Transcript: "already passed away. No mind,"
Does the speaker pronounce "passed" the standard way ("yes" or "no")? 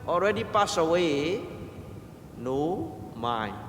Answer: no